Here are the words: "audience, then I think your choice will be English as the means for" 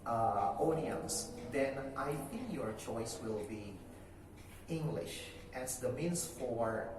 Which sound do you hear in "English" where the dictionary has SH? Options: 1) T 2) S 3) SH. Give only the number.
3